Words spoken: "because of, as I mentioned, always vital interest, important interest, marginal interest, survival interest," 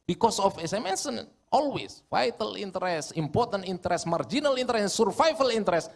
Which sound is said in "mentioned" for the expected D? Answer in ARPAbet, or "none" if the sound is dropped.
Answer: none